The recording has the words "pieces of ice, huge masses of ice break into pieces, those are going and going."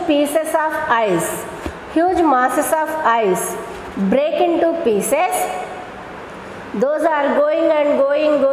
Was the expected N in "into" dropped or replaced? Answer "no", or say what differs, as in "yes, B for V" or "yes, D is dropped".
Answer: no